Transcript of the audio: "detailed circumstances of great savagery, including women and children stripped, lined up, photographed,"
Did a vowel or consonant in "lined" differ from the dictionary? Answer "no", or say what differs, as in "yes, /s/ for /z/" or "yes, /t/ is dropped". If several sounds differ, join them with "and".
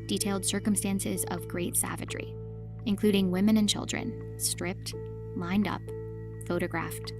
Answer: no